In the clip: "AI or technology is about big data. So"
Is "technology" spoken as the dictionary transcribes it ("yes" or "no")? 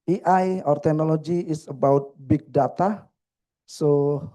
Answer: no